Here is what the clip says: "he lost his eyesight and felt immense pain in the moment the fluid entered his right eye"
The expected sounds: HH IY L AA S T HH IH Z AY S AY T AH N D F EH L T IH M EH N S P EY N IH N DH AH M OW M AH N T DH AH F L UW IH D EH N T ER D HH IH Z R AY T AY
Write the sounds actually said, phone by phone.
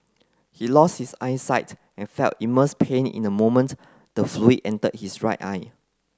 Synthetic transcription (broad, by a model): HH IY L AA S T HH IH S AY S AY T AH N F EH L T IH M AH S P EY N IH N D AH M OW M AH N T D AH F L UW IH EH N T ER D HH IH S R AY T AY